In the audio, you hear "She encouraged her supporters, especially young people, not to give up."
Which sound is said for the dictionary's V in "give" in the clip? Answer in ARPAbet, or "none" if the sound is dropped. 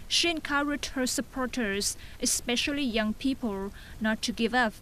V